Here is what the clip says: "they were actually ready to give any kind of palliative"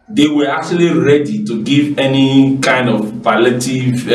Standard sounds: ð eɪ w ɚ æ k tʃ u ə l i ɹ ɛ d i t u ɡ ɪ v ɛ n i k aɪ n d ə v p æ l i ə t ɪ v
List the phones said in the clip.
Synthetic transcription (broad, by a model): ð eɪ w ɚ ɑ k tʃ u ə l i ɹ ɛ d i t u ɡ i v ɛ n i k aɪ n d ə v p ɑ l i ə t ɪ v